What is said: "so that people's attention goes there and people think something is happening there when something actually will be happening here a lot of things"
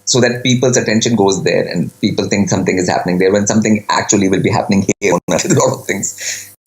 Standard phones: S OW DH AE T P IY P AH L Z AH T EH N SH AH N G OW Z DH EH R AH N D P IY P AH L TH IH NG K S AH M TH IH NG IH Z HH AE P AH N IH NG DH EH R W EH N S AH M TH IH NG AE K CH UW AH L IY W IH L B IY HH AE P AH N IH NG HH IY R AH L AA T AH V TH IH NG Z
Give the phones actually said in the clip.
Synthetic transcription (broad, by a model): S OW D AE T P IY P AH L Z AH T EH N SH AH N G OW Z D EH R AH N D P IY P AH L T IH NG K S AH M T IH NG IH Z HH AE P AH N IH NG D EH R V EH N S AH M T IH NG AE K CH UW AH L IY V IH L B IY HH AE P AH N IH NG HH IY R AH N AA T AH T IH NG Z